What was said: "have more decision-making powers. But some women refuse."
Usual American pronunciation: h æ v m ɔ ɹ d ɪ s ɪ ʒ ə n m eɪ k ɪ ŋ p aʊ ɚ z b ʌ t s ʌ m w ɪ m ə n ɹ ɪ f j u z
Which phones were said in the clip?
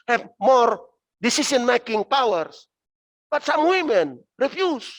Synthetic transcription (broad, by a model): h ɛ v m ɔ ɹ d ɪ s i s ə n m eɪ k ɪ ŋ p aʊ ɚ s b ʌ t s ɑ m w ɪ m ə n ɹ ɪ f j u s